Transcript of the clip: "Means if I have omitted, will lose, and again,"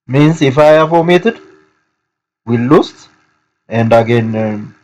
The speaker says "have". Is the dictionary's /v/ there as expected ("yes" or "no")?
no